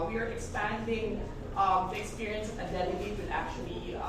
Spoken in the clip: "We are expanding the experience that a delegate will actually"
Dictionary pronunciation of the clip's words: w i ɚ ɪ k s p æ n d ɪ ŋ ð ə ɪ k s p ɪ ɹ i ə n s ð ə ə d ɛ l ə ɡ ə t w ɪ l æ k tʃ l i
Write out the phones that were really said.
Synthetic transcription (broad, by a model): w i ɚ ɪ k s p æ n d ɪ ŋ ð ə ɪ k s p ɪ ɹ i ə n s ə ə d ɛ n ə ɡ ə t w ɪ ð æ k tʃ l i